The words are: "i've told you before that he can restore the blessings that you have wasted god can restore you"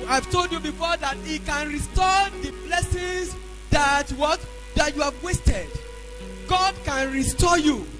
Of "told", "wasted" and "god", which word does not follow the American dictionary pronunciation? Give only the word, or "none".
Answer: none